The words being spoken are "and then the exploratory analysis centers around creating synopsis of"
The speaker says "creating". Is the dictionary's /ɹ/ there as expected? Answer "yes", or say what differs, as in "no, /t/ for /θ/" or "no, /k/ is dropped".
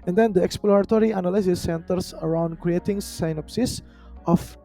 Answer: yes